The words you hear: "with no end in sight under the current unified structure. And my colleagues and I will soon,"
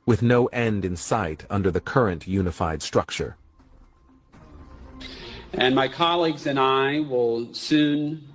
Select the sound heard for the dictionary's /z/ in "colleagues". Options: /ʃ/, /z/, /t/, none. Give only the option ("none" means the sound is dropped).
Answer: /z/